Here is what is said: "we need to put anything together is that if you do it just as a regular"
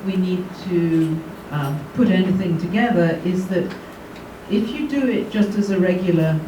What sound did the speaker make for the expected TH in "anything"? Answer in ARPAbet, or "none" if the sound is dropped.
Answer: TH